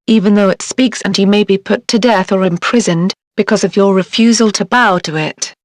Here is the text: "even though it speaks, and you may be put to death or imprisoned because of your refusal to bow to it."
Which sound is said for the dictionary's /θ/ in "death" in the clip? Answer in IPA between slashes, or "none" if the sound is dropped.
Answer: /θ/